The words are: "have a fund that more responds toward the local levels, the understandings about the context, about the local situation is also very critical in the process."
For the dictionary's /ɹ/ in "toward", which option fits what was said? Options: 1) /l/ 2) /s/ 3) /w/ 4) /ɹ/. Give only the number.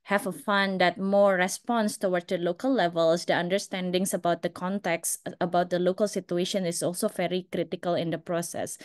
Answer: 3